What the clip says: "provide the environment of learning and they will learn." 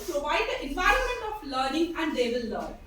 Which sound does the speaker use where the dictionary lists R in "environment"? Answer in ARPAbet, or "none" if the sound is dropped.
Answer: R